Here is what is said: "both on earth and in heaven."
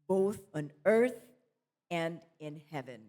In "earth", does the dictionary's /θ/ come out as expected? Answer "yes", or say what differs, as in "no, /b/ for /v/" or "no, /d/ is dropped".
yes